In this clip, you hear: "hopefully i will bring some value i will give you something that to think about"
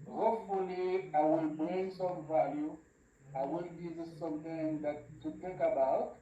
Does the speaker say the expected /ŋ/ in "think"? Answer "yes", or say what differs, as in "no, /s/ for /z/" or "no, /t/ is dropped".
no, /ŋ/ is dropped